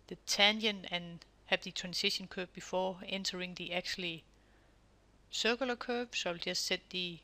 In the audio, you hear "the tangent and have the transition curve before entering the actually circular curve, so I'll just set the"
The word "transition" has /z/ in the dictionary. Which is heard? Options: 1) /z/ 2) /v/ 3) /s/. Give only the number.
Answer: 3